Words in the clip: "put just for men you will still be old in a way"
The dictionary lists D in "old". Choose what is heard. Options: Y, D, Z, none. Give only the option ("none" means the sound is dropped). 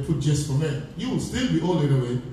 none